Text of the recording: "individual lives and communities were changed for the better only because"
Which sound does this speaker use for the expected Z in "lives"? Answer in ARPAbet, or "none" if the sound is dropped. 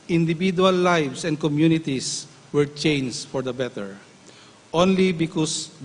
S